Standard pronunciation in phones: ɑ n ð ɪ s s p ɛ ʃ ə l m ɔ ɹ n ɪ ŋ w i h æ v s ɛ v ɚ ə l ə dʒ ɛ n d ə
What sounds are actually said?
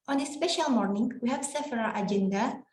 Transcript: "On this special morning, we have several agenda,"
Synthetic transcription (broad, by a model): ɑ n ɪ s s p ɛ ʃ ə l m ɔ ɹ n ɪ ŋ w i h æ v s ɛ f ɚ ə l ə dʒ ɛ n d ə